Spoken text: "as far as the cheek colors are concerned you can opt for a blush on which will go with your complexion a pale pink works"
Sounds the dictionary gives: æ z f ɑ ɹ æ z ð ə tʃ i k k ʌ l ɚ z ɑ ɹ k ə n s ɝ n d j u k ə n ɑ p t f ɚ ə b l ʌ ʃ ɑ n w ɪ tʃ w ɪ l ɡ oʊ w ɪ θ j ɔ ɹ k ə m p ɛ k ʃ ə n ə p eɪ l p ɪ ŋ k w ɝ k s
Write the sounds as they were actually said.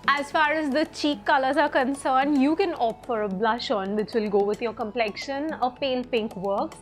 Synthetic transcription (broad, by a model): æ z f ɑ ɹ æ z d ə tʃ i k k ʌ l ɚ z ɑ ɹ k ə n s ɝ n d j u k ə n ɑ f ɚ ə b l ʌ ʃ ɑ n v ɪ tʃ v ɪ l ɡ oʊ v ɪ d j ɔ ɹ k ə m p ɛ k ʃ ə n ə p eɪ l p ɪ ŋ k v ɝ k